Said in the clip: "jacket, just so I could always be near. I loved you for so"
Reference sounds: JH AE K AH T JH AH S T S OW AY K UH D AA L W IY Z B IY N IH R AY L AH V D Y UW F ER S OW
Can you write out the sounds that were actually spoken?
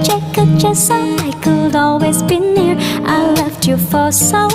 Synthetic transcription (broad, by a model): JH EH K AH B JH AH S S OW AY K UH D AA L W IY Z B IY N IH R AY L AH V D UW F ER S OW